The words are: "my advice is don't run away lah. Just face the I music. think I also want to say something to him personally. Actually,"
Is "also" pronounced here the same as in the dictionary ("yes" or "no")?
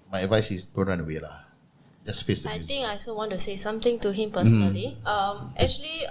no